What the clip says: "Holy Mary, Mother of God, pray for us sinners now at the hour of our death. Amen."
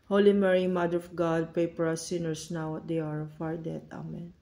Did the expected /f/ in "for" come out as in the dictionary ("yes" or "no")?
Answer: no